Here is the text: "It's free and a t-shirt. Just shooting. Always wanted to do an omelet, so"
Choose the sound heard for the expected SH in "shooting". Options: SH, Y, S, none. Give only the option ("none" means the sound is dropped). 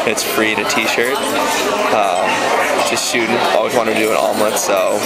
S